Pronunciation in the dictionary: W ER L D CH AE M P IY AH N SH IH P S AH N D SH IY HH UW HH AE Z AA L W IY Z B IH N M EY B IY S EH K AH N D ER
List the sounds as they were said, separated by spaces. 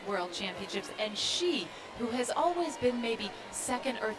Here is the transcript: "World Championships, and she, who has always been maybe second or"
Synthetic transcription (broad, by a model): W ER L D CH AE M P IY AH N SH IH P S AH N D SH IY HH UW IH Z AA L W IY Z B IH N M EY B IY S EH K AH N D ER